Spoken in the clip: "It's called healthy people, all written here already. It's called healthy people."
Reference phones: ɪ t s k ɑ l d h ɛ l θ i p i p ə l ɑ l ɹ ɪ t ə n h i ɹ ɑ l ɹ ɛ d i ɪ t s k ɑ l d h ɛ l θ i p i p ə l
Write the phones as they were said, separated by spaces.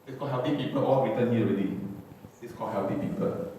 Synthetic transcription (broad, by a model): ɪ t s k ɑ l h ɛ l t i p i p ə l ɑ l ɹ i t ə n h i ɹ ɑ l i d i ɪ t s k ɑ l h ɛ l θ i p i p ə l